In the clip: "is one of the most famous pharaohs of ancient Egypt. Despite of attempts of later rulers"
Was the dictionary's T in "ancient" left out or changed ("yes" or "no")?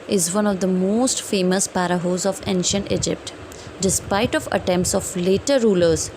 no